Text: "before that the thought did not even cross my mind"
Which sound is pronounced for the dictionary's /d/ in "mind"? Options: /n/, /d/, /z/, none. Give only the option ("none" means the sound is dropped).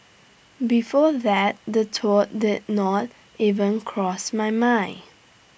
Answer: none